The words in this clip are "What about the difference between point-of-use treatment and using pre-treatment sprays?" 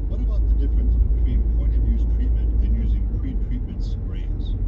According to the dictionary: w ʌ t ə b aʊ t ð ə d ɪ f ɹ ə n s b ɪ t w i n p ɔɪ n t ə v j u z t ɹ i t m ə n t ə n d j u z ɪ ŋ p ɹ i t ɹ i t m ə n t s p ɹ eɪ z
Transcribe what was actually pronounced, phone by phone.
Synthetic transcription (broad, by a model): w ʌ t ə b aʊ t ð ə d ɪ f ɹ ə n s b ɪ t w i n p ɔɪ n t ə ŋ j u z t ɹ i t m ə n t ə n j u z ɪ ŋ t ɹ i t ɹ i t m ə n t s ɹ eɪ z